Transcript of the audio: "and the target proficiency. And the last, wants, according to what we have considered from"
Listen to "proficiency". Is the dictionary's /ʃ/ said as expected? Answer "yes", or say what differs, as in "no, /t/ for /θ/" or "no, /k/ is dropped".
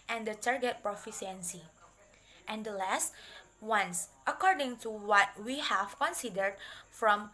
no, /s/ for /ʃ/